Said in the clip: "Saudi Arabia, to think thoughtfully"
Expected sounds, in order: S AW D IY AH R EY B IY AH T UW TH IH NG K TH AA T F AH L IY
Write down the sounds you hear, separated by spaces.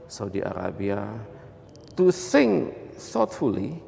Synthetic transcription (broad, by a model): S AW D IY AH R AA B IY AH T UW S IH NG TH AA T F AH L IY